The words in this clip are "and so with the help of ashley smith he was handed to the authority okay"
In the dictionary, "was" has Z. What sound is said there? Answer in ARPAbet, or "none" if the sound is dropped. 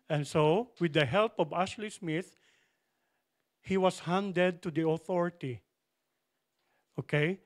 S